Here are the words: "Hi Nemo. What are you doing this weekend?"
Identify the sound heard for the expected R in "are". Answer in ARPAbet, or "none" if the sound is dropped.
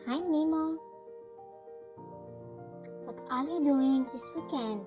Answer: L